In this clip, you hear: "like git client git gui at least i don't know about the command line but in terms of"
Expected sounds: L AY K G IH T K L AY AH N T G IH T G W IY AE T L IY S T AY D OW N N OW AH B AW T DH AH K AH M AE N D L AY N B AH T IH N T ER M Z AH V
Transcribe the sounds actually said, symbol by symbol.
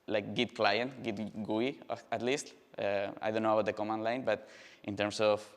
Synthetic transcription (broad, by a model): L AY K G IH T K L AY AH N T G IH T G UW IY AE T L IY S T AY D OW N N OW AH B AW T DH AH K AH M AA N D L AY N B AH T IH N T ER M S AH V